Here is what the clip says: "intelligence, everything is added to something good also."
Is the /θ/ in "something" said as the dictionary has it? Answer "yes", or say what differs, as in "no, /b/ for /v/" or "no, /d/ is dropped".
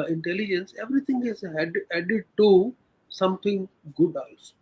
no, /t/ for /θ/